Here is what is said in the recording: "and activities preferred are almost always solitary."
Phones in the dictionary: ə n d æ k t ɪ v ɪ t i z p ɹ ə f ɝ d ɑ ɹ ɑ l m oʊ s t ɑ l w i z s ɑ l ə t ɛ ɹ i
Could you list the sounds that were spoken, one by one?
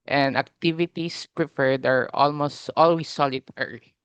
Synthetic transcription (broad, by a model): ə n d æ k t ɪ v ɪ t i s p ɹ ə f ɝ d ɑ ɹ ɑ l m oʊ s t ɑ l w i s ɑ l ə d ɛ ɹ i